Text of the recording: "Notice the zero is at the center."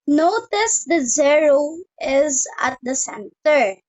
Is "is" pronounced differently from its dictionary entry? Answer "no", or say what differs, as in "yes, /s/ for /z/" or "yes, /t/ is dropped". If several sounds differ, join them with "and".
no